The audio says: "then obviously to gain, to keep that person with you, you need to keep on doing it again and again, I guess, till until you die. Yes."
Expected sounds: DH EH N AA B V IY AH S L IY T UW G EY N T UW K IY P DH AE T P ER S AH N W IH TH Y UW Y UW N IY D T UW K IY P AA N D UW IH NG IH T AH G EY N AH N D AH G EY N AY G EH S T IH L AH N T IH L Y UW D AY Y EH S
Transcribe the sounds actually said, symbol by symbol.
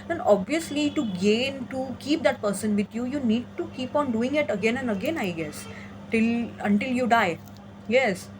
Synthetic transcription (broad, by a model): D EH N AA B V IY AH S L IY T UW G EY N T UW K IY P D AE T P ER S AH N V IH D Y UW Y UW N IY D T UW K IY P AA N D UW IH NG IH T AH G EY N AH N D AH G EY N AY G EH S T IH L AH N T IH L Y UW D AY Y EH S